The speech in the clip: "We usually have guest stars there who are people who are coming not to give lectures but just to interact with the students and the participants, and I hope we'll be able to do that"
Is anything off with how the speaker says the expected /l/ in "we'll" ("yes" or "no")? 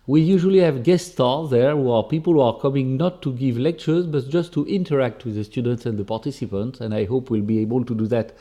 no